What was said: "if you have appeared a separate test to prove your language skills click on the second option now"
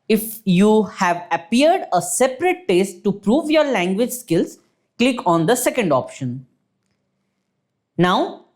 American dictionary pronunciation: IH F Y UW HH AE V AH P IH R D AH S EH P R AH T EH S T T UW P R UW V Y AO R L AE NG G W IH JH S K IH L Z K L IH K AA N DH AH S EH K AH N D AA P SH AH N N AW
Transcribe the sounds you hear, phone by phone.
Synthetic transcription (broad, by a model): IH F Y UW HH AE V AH P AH R D AH S EH P R AH T EH S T T UW P R UW V Y AO R L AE NG G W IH JH S K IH L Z K L IH K AA N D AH S EH K AH N D AA P SH AH N N AW